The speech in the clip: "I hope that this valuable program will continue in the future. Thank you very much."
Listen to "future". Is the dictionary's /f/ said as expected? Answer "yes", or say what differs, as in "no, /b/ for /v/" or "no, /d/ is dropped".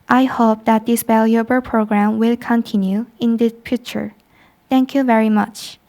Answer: no, /p/ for /f/